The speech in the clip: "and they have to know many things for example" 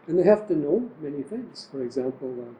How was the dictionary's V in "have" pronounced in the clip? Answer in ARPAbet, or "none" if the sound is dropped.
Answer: F